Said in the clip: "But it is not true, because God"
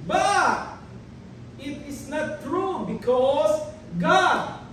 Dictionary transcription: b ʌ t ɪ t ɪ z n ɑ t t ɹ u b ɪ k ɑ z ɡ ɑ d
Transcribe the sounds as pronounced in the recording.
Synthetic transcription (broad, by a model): b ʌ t ɪ t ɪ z n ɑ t t ɹ u b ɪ k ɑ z ɡ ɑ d